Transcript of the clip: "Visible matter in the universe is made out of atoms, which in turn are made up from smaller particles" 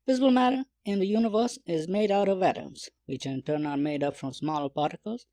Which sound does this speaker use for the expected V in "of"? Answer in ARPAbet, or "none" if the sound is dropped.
V